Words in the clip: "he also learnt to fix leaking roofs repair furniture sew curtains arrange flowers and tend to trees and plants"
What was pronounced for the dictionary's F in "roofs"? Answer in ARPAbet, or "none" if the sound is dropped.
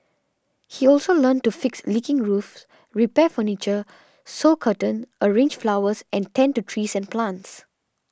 F